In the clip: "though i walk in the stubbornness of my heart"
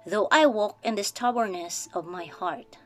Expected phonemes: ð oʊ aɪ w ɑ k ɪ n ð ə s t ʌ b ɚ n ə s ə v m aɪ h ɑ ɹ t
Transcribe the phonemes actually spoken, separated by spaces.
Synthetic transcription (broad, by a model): ð oʊ aɪ w ɑ k ɪ n ð ə s t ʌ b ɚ n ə s ə v m aɪ h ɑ ɹ t